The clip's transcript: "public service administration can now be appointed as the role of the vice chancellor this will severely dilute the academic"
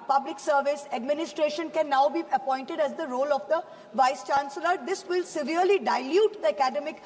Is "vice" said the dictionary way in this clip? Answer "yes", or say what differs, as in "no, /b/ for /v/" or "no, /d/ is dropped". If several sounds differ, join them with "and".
yes